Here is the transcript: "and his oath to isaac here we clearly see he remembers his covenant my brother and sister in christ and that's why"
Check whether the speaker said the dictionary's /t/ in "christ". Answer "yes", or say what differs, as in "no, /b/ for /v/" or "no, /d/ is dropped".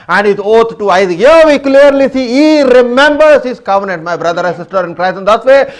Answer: no, /t/ is dropped